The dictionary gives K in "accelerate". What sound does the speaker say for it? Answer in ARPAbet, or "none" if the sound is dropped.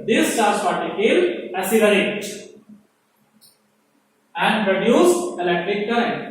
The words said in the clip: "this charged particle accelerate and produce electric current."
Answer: none